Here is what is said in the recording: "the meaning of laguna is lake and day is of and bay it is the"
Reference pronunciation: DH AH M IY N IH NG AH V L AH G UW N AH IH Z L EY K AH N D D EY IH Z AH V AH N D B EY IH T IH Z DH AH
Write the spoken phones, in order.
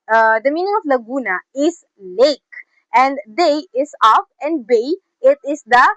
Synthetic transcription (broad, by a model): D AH M IY N IH NG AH F L AH G UW N AH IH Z L EY K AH N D D EY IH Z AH F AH N B EY IH T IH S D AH